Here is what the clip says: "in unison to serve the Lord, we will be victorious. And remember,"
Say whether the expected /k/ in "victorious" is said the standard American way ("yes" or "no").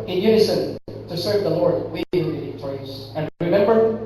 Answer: no